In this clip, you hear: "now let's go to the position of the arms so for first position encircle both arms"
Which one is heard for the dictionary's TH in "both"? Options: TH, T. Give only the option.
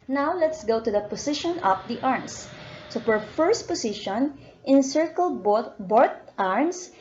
T